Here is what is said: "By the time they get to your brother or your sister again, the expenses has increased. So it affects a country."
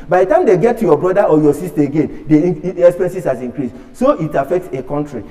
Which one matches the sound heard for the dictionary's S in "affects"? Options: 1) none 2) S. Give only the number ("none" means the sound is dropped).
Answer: 2